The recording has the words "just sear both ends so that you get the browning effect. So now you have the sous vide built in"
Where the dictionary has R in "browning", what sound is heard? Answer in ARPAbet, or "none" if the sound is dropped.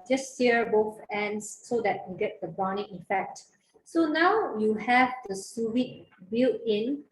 none